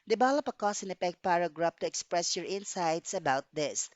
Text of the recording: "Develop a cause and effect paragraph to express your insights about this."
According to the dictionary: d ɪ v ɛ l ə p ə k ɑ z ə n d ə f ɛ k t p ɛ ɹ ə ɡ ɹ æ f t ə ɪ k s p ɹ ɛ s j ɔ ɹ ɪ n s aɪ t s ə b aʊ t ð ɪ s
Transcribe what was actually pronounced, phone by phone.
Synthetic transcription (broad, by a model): d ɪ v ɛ l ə p ə k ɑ s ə n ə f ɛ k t p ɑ ɹ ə ɡ ɹ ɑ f t ə ɪ k s p ɹ ɛ s j ɔ ɹ ɪ n s aɪ t s ə b aʊ t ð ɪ s